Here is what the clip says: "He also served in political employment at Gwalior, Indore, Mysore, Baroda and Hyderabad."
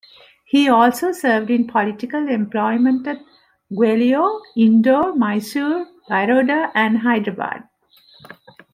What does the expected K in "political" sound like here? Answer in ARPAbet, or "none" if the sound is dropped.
K